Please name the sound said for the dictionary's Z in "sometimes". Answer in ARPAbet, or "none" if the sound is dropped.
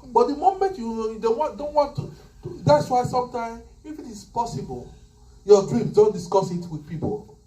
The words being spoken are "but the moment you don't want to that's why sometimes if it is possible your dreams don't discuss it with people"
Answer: none